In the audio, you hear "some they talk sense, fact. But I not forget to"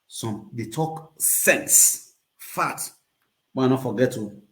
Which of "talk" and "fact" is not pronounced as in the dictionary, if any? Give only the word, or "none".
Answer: fact